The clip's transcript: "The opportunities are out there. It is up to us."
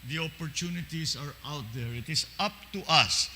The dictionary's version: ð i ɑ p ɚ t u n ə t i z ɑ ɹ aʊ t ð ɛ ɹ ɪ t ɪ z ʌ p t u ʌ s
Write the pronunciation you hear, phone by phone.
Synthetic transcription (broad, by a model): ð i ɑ p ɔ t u n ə t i s ɑ ɹ aʊ t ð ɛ ɹ ɪ t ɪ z ʌ p t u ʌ s